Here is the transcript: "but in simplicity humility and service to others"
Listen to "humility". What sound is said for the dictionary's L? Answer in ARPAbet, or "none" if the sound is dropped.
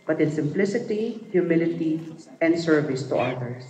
L